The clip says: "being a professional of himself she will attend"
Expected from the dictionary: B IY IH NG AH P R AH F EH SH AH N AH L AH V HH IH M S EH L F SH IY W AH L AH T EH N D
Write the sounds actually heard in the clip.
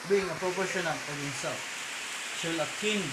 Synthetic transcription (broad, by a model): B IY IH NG AH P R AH P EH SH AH N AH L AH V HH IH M S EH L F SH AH L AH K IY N